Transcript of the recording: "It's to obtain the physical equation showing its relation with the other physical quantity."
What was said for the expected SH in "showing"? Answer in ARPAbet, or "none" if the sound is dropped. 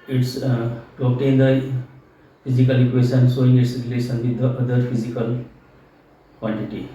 S